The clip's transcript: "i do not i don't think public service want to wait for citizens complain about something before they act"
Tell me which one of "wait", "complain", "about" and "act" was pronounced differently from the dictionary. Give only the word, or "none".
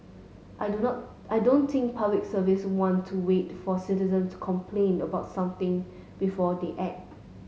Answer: act